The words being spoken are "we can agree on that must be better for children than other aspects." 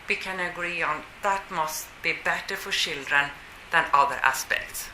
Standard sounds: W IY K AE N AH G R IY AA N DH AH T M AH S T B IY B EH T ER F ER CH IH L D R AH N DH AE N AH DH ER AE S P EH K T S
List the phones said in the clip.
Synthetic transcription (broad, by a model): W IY K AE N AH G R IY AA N DH AH T M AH S T B IY B EH T ER F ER SH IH L D R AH N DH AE N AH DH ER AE S P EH K T S